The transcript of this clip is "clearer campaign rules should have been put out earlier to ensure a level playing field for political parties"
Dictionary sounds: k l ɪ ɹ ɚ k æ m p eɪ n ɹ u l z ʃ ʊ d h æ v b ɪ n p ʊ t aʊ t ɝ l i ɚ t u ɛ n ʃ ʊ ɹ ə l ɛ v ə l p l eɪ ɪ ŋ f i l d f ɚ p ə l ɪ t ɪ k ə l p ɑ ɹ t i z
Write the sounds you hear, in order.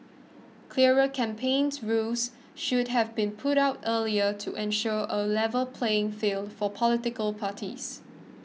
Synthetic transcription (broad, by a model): k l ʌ ɹ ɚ k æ m p eɪ n ɹ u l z ʃ ʊ d h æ v b ɪ n p ʊ t aʊ t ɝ l i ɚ t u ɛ n ʃ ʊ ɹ ə l ɛ v ə l p l eɪ ɪ ŋ f i l d f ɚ p ə l ɪ t ɪ k ə l p ɑ t i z